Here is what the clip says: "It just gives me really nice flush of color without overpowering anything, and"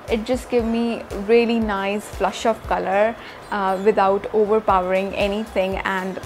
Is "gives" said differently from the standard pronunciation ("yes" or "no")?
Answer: yes